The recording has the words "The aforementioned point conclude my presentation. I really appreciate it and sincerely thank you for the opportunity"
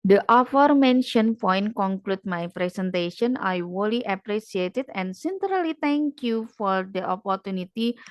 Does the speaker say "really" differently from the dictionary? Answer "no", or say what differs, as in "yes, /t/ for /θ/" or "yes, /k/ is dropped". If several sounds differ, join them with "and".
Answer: yes, /w/ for /ɹ/